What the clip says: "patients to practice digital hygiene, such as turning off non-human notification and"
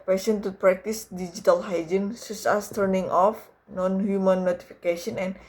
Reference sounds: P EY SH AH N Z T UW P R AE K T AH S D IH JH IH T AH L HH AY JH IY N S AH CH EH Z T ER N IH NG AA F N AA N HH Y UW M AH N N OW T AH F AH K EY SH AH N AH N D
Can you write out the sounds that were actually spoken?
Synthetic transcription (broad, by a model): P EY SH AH N T UW P R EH K T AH S D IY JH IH T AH L HH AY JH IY N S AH S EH S T ER N IH NG AA F N AA N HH Y UW M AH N N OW T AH F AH K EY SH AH N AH N